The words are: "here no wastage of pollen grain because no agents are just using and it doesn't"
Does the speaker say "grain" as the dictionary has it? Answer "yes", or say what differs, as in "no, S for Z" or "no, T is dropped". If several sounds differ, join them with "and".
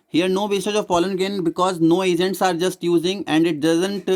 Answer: no, R is dropped